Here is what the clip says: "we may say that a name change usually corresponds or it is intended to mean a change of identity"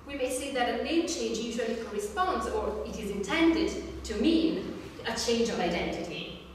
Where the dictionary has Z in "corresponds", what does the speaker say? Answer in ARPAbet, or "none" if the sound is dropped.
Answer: Z